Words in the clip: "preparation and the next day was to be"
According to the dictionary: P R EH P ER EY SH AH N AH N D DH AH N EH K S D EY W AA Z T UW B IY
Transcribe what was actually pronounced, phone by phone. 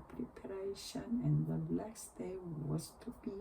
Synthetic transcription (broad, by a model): P R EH P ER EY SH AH N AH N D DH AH L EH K S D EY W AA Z T UW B IY